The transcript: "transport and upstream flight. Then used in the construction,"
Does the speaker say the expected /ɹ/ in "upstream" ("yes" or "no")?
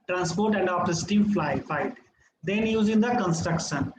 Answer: no